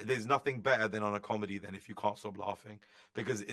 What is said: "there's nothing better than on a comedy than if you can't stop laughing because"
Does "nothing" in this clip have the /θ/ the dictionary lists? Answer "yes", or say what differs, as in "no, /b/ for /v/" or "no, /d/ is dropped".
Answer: yes